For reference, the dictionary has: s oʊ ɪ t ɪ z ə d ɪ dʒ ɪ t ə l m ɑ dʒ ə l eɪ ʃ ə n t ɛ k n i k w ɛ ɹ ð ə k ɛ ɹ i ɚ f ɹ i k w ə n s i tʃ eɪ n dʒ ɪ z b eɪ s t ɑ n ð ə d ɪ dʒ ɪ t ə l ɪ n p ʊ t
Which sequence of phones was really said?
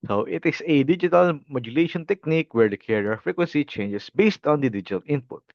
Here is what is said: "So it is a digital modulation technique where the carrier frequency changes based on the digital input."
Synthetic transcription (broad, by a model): s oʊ ɪ t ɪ s ə d ɪ dʒ ɪ t ə l m ɑ dʒ ə l eɪ ʃ ə n t ɛ k n i k w ɛ ɹ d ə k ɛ ɹ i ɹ f ɹ i k w ə n s i tʃ eɪ n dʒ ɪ s b eɪ s t ɑ n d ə d ɪ dʒ ɪ t ə l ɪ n p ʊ t